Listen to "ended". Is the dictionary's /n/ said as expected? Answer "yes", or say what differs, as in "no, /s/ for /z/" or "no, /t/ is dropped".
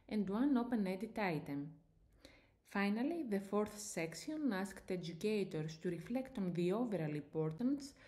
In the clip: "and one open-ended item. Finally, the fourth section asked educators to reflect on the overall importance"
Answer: no, /n/ is dropped